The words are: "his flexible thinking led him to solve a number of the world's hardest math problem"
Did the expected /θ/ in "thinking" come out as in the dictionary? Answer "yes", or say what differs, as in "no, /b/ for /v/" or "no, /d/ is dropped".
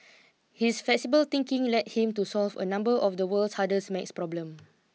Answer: no, /t/ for /θ/